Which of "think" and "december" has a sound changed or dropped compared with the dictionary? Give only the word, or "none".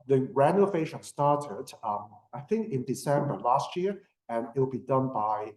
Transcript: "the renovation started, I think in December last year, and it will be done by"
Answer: none